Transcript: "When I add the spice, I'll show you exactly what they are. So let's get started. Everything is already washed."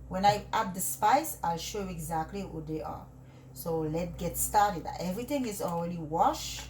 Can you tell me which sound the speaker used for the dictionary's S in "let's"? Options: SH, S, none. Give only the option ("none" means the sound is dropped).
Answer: none